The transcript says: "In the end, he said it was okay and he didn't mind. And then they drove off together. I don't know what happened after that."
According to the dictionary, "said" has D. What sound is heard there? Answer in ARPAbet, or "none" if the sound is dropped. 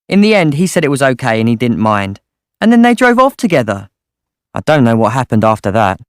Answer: D